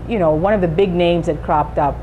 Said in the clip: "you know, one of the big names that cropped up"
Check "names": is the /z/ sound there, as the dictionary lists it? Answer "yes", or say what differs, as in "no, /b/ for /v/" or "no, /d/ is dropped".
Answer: yes